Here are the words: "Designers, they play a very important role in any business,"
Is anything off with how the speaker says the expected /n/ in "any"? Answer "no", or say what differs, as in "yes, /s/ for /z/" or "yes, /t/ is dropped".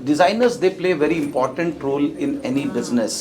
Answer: no